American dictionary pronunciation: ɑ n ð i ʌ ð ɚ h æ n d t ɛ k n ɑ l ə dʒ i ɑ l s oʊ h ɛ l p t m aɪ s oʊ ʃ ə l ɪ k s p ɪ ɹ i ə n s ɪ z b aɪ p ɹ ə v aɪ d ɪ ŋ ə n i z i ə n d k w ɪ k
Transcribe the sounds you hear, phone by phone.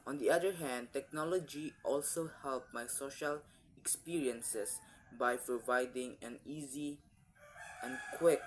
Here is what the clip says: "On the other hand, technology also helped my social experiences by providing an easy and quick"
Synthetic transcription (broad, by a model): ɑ n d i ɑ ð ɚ h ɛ n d t ɛ k n ɑ l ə dʒ i ɑ l s oʊ h ɛ l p m aɪ s oʊ ʃ ə l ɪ k s p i ɹ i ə n s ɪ s b aɪ p ɹ ə v aɪ d ɪ ŋ ə n i z i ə n k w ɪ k